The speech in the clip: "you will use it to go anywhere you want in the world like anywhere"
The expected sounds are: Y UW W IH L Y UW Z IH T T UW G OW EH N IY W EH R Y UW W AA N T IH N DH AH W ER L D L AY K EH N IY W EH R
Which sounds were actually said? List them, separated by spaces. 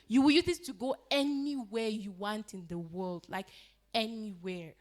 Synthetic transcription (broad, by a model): Y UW W IH L Y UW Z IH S T UW G OW EH N IY W EH R Y UW W AA N T IH N DH AH W ER L D L AY K EH N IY W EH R